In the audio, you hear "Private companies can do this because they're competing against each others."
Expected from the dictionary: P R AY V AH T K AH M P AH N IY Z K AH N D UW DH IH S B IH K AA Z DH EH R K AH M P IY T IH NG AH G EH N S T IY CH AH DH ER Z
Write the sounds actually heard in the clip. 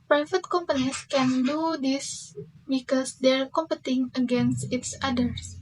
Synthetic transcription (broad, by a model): P R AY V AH T K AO M P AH N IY S K AH N D UW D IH S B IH K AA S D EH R K AH M P IY T IH NG AH G EH N S T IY S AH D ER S